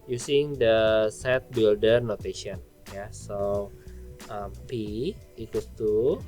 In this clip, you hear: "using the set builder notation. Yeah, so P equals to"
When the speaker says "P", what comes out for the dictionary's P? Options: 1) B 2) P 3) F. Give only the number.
2